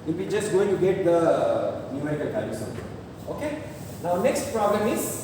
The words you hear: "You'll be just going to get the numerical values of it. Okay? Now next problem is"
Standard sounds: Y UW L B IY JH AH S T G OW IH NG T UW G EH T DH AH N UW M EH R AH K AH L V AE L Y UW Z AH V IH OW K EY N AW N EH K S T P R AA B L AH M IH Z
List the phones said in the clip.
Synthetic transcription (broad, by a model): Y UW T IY JH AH S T G OW IH NG T UW G EH T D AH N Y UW AH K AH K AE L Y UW S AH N IH OW K EY N AW N EH K S T P R AA B L AH M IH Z